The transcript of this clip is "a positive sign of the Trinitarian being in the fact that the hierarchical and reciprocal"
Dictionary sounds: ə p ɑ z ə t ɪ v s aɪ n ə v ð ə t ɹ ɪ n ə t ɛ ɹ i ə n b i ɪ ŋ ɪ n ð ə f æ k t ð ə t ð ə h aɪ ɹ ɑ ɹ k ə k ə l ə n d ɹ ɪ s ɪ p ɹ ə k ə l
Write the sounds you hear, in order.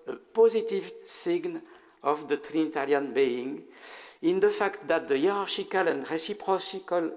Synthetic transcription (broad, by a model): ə p ɑ z ə t ɪ v s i n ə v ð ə t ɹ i n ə t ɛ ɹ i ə n b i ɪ ŋ ɪ n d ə f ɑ k t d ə t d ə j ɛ ɹ ɑ ɹ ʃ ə k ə l ə n d ɹ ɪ s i p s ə k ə l